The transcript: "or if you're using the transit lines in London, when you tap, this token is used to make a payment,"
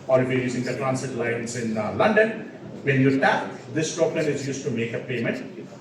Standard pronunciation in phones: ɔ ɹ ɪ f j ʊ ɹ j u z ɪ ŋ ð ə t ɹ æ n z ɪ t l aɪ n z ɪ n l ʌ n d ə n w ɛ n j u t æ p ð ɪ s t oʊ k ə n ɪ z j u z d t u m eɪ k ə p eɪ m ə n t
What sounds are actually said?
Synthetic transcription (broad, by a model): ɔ ɹ ɪ f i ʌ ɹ j u z ɪ ŋ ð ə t ɹ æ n s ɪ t l aɪ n s ɪ n l ʌ n d ə n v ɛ n j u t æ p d ɪ s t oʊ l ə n ɪ z j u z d t u m eɪ k ə p eɪ m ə n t